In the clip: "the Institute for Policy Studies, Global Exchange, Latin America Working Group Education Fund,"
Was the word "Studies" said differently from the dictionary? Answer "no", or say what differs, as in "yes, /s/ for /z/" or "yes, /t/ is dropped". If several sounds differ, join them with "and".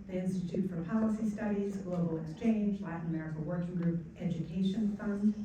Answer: no